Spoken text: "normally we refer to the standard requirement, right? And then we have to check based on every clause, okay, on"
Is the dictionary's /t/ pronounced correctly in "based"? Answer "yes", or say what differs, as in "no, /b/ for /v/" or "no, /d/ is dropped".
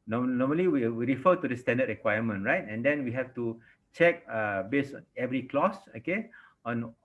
no, /t/ is dropped